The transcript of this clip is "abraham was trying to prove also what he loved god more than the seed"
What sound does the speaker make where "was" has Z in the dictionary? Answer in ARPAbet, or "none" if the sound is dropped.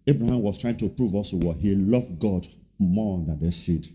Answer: S